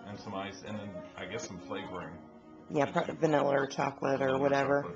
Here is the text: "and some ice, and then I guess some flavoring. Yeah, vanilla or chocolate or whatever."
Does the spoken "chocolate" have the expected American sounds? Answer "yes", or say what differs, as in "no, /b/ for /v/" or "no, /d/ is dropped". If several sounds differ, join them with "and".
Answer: yes